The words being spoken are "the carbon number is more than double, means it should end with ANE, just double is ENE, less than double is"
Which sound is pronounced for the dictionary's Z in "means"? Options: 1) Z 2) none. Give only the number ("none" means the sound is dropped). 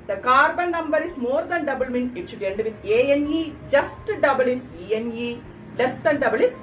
2